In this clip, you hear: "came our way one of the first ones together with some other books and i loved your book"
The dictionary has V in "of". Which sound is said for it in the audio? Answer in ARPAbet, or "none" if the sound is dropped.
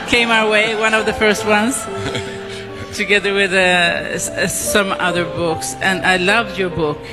V